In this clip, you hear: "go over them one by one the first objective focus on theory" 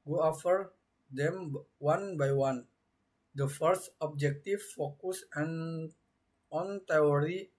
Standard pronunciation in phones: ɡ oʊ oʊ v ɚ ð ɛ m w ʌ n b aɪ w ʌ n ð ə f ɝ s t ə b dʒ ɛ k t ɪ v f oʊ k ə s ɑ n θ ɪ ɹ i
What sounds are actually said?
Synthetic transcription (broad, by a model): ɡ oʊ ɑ f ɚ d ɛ m w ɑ n b aɪ w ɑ n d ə f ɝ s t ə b dʒ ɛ k t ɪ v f oʊ k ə s ɑ n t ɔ ɹ i